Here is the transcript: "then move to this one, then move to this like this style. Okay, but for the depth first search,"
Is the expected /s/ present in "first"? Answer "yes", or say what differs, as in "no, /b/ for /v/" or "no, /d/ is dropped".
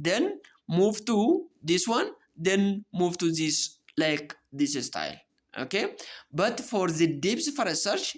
no, /s/ is dropped